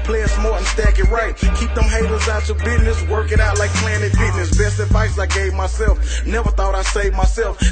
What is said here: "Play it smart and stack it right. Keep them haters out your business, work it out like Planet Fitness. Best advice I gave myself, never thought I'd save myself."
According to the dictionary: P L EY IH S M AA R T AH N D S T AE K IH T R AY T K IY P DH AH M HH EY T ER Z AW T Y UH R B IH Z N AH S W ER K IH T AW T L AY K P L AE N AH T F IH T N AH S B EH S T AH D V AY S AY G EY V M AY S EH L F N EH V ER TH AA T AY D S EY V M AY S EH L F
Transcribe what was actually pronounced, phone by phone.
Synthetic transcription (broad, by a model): P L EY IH S M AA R AH N S T AE K IH T R AY T K IY P DH AH M HH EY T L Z AW T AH B IH Z N AH S W ER K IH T AW T L AY K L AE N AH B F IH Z N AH S B EH S T AH D V AY S AY G EY V M AY S EH L F N EH V ER TH AA T AY S EY V M AY S EH L F